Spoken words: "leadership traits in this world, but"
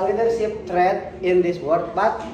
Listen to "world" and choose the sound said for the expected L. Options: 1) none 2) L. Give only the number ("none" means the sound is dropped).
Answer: 1